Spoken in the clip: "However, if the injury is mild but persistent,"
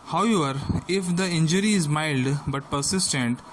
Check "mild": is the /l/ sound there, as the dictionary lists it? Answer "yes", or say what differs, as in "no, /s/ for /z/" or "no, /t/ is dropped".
yes